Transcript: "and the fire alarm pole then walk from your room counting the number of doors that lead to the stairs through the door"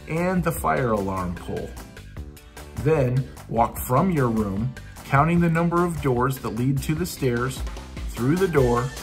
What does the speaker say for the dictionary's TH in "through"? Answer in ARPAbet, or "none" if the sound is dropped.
TH